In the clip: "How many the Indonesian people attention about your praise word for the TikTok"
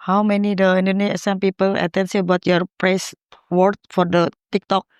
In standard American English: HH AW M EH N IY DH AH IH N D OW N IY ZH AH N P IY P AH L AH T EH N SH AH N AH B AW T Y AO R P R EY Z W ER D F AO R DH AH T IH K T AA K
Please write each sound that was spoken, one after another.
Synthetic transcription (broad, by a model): HH AW M EH N IY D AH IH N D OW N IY S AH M P IY P AH L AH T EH N S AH AH B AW T Y AO R P R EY S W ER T F AO R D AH T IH K T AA K